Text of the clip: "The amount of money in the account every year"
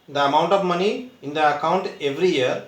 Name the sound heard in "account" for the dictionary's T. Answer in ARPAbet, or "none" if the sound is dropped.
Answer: T